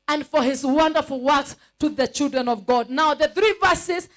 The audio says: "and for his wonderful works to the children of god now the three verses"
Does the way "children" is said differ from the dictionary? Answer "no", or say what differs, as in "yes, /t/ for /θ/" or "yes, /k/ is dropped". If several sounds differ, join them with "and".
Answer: no